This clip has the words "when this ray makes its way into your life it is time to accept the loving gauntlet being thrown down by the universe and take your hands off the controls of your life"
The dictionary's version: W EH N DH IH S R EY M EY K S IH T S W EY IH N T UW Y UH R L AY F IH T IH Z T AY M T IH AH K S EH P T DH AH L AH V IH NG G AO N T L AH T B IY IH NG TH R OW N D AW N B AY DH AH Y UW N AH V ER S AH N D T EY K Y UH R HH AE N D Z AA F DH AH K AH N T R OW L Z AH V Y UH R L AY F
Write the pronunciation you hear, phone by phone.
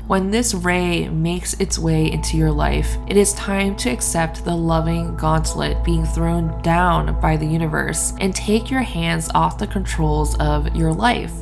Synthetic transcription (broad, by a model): W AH N DH IH S R EY M EY K S IH T S W EY IH N T UW Y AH R L AY F IH T IH Z T AY M T IH AH K S EH P T DH AH L AH V IH NG G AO N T L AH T B IY IH NG TH R OW N D AW N B AY DH AH Y UW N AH V ER S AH N T EY K Y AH R HH AE N D Z AA F DH AH K AH N T R OW L Z AH V Y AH R L AY F